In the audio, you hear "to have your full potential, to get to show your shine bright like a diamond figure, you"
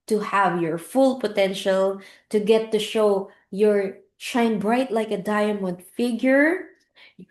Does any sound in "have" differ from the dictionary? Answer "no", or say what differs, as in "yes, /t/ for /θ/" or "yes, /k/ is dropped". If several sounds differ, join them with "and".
no